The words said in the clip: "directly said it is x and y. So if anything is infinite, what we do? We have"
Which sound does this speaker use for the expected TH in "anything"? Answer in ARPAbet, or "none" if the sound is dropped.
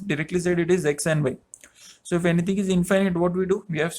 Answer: T